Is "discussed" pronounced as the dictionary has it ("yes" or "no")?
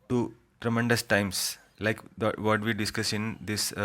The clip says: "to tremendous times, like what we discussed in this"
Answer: no